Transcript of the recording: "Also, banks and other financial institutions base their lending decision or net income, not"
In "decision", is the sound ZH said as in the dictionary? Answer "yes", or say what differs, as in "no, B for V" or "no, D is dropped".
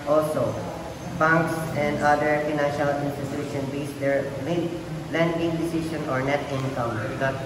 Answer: no, SH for ZH